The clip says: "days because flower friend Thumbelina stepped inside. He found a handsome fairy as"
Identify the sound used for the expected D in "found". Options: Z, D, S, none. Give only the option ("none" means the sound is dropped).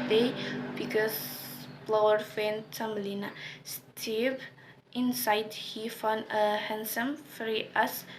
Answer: none